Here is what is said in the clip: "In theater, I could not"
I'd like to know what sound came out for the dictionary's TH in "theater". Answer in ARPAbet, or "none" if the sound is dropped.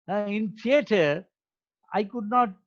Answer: S